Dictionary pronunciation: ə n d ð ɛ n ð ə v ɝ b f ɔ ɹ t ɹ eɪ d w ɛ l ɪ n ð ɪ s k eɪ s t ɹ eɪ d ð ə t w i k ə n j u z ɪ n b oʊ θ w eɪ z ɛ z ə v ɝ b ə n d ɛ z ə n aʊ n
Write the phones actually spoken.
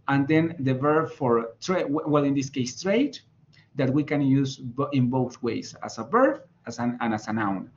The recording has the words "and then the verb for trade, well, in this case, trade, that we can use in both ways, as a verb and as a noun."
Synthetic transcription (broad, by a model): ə n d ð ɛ n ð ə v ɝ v f ɔ ɹ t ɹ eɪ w w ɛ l ɪ n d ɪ s k eɪ s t ɹ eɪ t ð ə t w i k ə n j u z ɪ n b oʊ θ w eɪ s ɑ s ə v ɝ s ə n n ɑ s ə n aʊ n